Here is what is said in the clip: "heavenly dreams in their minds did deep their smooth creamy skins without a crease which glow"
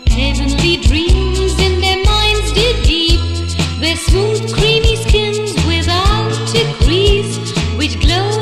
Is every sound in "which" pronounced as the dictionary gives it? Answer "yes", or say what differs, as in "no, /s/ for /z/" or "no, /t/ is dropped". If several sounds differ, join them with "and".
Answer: yes